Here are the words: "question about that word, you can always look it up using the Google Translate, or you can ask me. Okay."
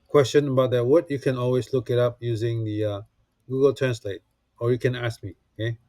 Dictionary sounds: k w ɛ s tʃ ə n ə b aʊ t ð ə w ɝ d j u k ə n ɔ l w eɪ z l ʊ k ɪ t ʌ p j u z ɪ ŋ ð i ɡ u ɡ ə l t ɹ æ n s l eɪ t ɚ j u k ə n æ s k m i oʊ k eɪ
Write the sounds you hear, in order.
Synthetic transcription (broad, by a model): k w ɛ s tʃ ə n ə b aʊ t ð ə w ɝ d j u k ə n ɔ l w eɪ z l ʊ k ɪ t ʌ p j u z ɪ ŋ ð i ɡ u ɡ ə l t ɹ æ n s l eɪ t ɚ j u k ə n æ s k m i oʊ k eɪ